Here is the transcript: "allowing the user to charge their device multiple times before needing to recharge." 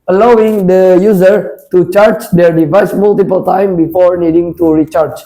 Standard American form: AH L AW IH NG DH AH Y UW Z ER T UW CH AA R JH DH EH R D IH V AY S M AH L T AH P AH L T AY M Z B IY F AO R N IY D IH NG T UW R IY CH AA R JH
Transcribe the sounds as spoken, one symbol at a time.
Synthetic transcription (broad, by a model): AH L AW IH NG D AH Y UW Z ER T UW CH AA R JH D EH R D IH V AY S M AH L T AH P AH L T AY M B IY F AO R N IY D IH NG T UW R IY CH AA R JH